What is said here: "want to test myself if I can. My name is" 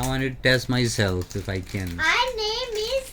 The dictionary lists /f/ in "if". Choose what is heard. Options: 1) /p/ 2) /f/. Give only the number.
2